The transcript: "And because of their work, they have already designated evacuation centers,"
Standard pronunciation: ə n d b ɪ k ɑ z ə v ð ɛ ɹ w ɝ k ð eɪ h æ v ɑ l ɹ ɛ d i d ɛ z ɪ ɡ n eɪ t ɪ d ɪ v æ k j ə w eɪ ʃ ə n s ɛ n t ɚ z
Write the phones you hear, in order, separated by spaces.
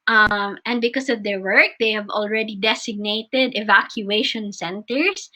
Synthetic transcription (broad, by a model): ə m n b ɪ k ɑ s ə v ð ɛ ɹ w ɝ k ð eɪ h æ v ɑ l ɹ ɛ d i d ɛ s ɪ ɡ n eɪ t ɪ d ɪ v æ k j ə eɪ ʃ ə n s ɛ n t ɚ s